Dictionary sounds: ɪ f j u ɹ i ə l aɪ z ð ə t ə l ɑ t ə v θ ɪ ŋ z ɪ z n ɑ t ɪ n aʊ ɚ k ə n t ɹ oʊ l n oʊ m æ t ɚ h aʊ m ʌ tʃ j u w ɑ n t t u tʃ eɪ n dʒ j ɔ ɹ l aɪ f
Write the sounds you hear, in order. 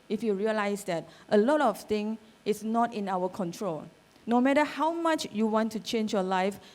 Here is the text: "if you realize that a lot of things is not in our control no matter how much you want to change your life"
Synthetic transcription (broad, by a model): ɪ f j u ɹ i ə l aɪ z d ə t ə l ɑ t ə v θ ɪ ŋ ɪ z n ɑ t ɪ n aʊ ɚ k ə n t ɹ oʊ l n oʊ m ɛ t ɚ h aʊ m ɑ tʃ j u w ɑ n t t u tʃ eɪ n dʒ j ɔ l aɪ f